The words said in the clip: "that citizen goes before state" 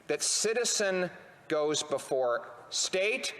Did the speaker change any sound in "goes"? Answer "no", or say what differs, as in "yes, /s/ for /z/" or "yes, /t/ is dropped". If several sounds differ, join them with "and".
no